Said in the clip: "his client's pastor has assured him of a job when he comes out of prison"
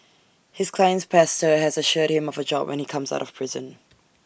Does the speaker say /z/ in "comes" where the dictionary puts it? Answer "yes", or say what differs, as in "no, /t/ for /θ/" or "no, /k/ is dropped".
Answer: yes